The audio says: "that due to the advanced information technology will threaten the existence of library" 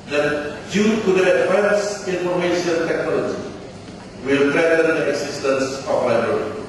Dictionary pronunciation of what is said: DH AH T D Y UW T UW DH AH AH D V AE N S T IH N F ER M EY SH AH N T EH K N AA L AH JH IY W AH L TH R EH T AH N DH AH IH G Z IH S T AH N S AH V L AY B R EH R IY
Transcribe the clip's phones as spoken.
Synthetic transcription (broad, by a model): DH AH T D Y UW T UW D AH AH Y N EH N S IY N F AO M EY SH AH N T EH K N AA L AH JH IY W AH L T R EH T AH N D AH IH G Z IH S T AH N S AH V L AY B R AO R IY